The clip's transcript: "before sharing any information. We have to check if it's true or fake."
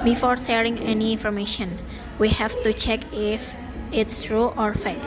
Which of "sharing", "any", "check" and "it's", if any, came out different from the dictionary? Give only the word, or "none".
sharing